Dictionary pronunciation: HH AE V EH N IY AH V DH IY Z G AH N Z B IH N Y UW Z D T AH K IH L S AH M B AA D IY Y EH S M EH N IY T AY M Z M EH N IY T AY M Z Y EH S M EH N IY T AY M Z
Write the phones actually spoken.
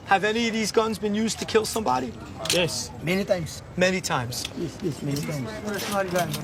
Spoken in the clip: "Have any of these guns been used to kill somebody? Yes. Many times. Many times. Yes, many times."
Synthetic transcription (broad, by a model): HH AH V EH N IY AH V DH IY Z G AH N Z B IH N Y UW Z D T AH K IH L S AH M B AA D IY Y EH S M EH N IY T AY M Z M EH N IY T AY M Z Y EH S M EH N IY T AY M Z